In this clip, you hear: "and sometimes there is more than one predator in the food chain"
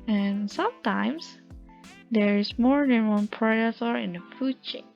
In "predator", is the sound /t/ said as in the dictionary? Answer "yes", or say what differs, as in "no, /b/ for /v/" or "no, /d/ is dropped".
no, /s/ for /t/